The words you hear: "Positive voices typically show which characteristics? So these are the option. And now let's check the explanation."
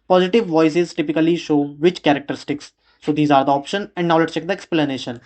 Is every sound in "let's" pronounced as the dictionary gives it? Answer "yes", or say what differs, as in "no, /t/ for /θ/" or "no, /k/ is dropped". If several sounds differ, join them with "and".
no, /s/ is dropped